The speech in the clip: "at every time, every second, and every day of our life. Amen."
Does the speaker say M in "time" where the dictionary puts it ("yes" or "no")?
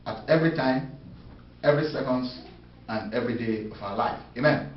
yes